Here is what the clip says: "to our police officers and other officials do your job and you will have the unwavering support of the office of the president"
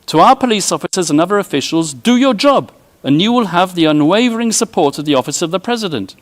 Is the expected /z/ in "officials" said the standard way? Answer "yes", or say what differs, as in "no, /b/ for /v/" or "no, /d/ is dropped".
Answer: yes